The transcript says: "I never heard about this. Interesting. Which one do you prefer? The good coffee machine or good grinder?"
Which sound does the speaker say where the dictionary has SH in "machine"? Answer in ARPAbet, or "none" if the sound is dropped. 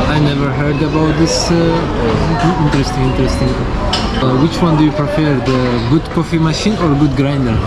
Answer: SH